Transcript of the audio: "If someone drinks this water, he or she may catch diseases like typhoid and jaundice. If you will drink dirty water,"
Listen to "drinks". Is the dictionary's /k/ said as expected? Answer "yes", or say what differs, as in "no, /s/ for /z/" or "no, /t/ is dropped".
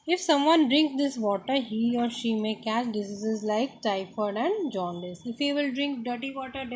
yes